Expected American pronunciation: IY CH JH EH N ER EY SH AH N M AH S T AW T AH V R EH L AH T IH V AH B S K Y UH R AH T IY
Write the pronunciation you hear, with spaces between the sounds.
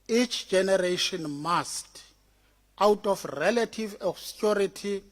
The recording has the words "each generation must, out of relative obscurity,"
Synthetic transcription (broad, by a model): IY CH JH EH N ER EY SH AH N M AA S T AW T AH F R EH L AH T IH V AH S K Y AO R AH T IY